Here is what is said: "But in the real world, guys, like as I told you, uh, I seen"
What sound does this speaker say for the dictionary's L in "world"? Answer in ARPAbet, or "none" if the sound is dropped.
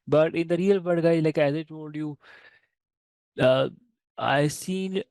none